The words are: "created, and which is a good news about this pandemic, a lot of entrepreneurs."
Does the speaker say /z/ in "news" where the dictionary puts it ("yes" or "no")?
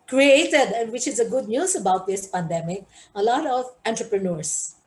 no